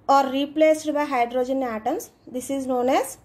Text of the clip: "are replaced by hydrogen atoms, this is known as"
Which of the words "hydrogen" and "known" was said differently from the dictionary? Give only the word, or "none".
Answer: none